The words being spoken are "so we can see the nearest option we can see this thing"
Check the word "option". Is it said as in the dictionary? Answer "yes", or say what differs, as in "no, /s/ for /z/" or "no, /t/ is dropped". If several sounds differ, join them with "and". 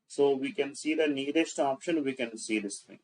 yes